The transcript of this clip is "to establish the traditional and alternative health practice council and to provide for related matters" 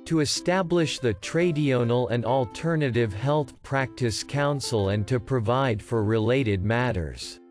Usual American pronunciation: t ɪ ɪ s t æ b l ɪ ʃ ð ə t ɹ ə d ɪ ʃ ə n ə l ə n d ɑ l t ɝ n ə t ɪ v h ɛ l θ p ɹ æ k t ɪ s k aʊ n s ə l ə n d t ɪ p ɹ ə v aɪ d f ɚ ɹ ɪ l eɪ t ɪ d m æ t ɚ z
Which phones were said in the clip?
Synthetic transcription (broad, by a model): t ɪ ɪ s t æ b l ɪ ʃ ð ə t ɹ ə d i ə n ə l ə n d ɑ l t ɝ n ə t ɪ v h ɛ l θ p ɹ æ k t ɪ s k aʊ n s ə l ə n t ɪ p ɹ ə v aɪ d f ɚ ɹ ɪ l eɪ t ɪ d m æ t ɚ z